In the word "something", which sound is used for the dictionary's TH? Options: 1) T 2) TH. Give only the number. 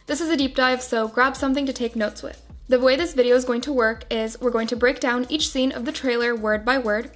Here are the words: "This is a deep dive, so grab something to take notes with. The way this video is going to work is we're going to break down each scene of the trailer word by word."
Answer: 2